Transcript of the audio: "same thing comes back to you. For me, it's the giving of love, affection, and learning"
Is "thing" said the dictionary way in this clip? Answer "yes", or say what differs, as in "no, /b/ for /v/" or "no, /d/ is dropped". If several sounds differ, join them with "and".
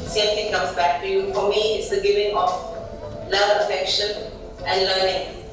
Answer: no, /t/ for /θ/